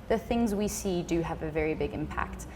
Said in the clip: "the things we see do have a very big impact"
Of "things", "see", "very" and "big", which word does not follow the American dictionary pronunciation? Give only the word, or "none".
none